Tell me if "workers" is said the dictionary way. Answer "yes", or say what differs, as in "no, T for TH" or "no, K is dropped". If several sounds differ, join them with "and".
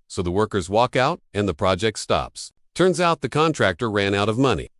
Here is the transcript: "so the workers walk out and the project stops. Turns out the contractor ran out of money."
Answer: yes